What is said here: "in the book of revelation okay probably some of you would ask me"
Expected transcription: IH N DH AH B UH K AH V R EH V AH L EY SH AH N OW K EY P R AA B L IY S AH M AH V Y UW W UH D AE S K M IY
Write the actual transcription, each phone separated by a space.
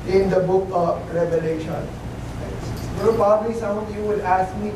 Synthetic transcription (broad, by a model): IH N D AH B UH K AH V R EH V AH L EY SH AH N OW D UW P AA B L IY S AH M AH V Y UW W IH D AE S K M IY